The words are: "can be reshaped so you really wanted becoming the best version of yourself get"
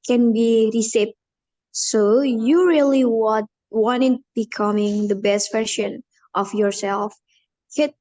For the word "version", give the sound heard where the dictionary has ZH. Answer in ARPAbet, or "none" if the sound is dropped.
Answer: SH